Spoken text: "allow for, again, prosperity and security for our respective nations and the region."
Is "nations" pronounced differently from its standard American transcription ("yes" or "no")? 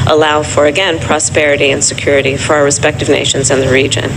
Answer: no